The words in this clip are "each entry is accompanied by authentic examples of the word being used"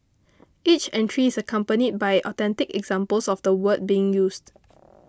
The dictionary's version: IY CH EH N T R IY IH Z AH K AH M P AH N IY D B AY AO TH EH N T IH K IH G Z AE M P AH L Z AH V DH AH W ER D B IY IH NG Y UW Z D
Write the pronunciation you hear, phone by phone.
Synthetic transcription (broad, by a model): IY CH EH N T R IY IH S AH K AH M P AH N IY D B AY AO T EH N T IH K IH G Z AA M P AH L S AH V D AH W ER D B IY IH NG Y UW S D